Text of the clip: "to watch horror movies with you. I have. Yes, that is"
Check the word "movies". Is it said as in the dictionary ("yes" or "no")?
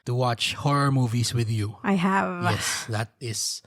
no